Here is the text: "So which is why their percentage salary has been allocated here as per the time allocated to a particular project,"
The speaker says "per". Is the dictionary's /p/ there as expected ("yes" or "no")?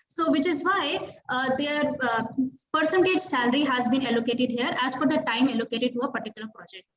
no